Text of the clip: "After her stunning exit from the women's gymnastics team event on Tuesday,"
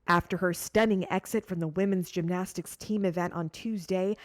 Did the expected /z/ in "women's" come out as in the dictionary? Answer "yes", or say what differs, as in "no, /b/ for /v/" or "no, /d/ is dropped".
yes